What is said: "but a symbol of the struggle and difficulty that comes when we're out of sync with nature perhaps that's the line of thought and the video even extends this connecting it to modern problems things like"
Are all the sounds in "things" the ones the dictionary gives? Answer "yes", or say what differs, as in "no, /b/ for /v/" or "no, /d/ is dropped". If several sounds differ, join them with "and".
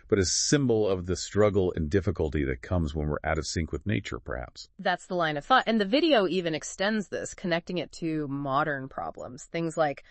yes